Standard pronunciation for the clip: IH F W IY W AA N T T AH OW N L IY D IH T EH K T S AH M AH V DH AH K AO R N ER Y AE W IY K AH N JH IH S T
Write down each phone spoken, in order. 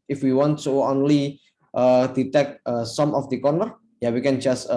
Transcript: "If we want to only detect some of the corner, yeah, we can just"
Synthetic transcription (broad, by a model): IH F W IY W AA N T S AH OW N L IY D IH T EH K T S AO M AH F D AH K AO R N ER Y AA W IY K AH N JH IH S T